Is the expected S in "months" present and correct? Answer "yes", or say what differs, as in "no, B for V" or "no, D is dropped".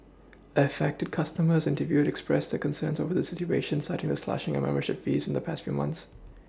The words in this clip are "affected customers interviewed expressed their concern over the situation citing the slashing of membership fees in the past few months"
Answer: yes